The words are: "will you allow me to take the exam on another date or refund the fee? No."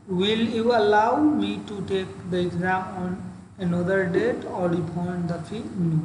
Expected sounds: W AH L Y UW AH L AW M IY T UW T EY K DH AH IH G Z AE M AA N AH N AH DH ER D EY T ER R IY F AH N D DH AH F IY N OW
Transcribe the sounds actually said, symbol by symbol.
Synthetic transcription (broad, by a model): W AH L Y UW AH L AW M IY T UW T EY K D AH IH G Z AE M AA N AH N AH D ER D EY T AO L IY P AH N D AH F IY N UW